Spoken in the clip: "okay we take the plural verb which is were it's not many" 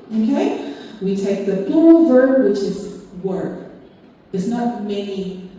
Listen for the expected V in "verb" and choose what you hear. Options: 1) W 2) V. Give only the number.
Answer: 2